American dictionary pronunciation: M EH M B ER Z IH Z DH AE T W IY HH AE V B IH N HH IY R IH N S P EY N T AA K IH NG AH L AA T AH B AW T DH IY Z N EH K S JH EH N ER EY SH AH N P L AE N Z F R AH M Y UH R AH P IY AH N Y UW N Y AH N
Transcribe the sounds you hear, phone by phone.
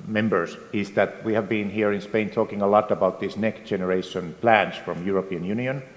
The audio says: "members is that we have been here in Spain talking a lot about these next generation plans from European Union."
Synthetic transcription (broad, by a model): M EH M B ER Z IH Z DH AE T W IY HH AE V B IH N HH IY R IH N S P EY N T AA K IH NG AH L AA T AH B AW T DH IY S N EH K S JH EH N ER EY SH AH N P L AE N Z F R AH M Y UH R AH P IY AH N Y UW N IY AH N